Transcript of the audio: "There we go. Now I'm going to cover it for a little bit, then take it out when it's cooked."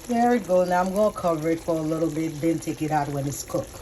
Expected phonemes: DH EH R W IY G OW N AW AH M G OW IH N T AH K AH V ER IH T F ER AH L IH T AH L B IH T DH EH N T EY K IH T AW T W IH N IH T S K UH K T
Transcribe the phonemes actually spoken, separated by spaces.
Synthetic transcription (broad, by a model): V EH R IY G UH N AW AH M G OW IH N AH K AH V ER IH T F ER AH L IH T L B IH T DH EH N T EY K IH T AW T W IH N IH T S K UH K